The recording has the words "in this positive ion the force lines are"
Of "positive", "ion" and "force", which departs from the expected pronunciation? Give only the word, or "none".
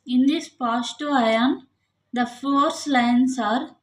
positive